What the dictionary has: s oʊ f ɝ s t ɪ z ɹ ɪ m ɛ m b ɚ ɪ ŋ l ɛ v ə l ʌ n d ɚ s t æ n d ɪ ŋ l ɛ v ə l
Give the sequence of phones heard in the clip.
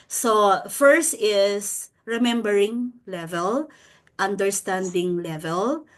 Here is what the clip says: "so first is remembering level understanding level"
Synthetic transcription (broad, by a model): s oʊ f ɝ s t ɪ s ɹ ɪ m ɛ m b ɚ ɪ ŋ l ɛ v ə l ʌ n d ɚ s t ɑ n d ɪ ŋ l ɛ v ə l